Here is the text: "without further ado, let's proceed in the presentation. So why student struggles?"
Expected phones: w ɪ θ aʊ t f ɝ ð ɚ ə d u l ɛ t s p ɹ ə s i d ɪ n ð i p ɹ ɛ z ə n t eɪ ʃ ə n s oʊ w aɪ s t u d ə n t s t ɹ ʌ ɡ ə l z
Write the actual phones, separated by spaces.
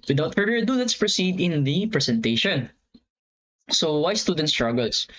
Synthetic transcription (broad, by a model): w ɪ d aʊ t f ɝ ɚ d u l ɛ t s p ɹ ə s i d ɪ n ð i p ɹ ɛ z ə n t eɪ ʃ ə n s oʊ w aɪ s t u d ə n t s t ɹ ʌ ɡ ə l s